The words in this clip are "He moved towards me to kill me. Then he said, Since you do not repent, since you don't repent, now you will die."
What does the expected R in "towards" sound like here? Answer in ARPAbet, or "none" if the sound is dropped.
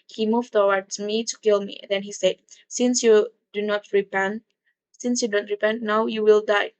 W